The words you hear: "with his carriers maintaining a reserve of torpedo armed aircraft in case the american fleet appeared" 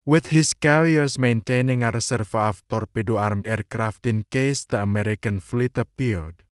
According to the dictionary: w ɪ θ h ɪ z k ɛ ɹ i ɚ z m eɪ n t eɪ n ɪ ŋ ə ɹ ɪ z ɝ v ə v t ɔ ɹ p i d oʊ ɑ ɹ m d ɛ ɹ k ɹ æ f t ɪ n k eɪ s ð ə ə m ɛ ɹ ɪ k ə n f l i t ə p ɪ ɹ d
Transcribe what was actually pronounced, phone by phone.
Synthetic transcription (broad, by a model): w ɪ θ h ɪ s k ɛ l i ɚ s m eɪ n t eɪ n ɪ ŋ ə ɹ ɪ s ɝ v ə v t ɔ ɹ p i d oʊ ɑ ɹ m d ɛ ɹ k ɹ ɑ f t ɪ n k eɪ s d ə ə m ɛ ɹ ɪ k ə n f l i t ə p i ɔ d